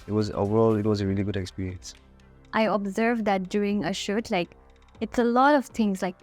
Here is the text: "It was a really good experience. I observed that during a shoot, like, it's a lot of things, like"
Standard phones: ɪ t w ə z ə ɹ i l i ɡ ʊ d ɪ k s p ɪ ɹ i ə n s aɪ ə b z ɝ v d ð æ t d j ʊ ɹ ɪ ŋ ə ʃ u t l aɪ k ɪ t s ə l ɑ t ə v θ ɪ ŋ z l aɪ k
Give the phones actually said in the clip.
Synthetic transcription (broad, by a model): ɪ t w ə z ə ɹ i l i ɡ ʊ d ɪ k s p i ɹ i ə n s aɪ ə b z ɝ v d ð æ t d j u ɹ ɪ ŋ ə ʃ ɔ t l aɪ k ɪ t s ə l ɑ t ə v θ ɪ ŋ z l aɪ k